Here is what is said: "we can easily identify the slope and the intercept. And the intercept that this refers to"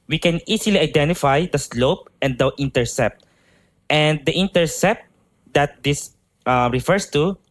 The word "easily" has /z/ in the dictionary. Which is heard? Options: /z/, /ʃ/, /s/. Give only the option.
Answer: /s/